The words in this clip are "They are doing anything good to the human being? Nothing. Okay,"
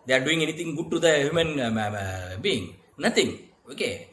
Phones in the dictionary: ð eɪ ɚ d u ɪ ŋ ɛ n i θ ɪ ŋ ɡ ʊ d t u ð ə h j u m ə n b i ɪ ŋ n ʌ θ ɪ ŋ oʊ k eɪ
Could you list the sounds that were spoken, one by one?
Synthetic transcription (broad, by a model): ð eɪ d u ɪ ŋ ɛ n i t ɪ ŋ ɡ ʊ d t u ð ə h j u m ə n b i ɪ ŋ n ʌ t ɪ ŋ oʊ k eɪ